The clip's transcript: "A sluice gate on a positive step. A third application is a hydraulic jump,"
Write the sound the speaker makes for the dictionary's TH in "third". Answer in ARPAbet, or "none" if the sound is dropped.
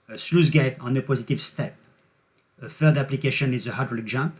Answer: F